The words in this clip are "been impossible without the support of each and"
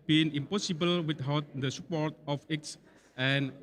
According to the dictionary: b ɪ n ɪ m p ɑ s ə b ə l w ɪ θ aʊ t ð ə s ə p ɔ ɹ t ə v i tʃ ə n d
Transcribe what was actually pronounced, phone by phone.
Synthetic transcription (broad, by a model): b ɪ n ɪ m p ɑ s ə b ə l w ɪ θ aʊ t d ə s ə p ɔ ɹ t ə f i s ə n